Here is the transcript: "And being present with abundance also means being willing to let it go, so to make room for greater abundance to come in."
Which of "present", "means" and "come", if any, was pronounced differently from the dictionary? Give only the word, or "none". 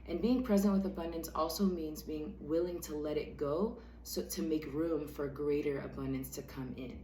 none